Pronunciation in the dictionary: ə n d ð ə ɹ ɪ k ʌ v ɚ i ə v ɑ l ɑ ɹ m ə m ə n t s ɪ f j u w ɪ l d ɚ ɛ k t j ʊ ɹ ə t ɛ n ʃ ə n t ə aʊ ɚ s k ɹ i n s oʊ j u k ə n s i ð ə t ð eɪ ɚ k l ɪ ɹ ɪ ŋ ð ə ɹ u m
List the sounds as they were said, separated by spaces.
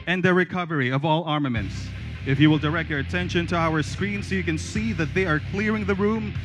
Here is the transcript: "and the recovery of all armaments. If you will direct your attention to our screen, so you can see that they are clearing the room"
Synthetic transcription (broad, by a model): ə n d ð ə ɹ ɪ k ʌ v ɚ i ə v ɑ l ɑ ɹ m ə m ə n t s ɪ f j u w ɪ l d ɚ ɛ k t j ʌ ɹ ə t ɛ n ʃ ə n t ə aʊ ɚ s k ɹ i n s oʊ j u k ə n s i ð ə t ð eɪ ɚ k l ɪ ɹ ɪ ŋ ð ə ɹ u m